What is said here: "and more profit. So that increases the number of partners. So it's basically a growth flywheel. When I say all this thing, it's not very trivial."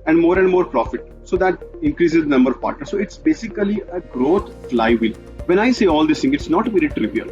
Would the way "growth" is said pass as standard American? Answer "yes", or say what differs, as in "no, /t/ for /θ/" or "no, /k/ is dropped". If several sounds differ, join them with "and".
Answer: no, /t/ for /θ/